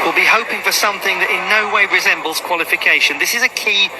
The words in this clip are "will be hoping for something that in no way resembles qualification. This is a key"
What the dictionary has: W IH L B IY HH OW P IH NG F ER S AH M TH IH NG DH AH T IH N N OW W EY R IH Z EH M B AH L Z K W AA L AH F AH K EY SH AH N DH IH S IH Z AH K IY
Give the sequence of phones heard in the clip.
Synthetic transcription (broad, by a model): W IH L B IY HH OW P IH NG F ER S AH M TH IH NG DH AH T IH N N OW W EY R IH Z EH M B AH L Z K W AA L AH F AH K EY SH AH N DH IH S IH Z AH K IY